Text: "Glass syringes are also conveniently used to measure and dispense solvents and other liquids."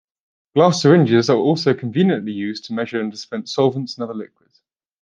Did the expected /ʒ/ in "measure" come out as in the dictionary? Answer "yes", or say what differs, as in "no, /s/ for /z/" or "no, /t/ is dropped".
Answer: yes